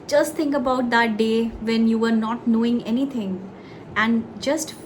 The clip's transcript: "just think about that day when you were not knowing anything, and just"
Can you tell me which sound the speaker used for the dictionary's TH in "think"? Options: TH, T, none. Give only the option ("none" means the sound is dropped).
T